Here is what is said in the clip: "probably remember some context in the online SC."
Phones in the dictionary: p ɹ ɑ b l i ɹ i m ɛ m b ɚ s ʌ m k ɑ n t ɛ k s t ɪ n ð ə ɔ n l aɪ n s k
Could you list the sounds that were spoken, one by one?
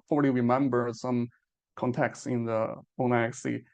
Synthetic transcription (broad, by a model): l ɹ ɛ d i ɹ i m ɛ m b ɚ s ʌ m k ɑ n t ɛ k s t ɪ n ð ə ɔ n aɪ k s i